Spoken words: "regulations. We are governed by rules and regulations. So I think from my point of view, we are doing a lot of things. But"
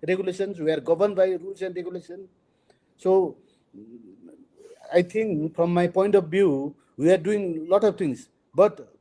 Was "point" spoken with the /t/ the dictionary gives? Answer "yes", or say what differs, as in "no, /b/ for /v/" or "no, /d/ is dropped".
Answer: yes